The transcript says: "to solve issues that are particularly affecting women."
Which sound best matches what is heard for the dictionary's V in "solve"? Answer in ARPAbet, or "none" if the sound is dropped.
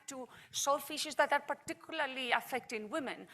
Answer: F